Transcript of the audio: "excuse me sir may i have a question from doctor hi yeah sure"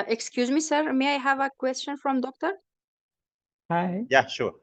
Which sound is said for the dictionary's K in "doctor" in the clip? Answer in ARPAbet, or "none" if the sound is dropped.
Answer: K